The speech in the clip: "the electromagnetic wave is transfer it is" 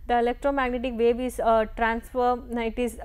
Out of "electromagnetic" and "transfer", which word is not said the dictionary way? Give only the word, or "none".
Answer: none